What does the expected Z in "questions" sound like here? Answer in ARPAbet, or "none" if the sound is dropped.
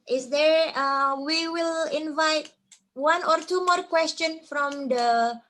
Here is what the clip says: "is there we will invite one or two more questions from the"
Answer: none